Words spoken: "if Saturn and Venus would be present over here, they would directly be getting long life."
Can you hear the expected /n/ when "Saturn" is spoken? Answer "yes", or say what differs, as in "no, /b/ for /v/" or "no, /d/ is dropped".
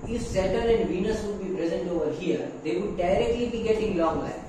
no, /n/ is dropped